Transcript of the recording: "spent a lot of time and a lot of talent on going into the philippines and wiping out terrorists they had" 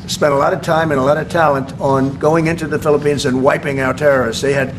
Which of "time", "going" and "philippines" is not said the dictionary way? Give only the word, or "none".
none